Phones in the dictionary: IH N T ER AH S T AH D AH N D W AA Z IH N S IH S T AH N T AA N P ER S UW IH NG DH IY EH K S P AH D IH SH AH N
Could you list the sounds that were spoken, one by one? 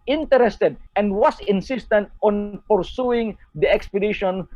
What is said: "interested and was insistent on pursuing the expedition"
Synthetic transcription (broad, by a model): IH N T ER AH S T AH D AH N D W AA S IH N S IH S T AH N T AA N P ER S UW IH NG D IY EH K S P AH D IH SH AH N